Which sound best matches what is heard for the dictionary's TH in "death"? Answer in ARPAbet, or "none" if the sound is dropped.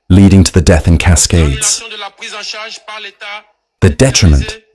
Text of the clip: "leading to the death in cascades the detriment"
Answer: TH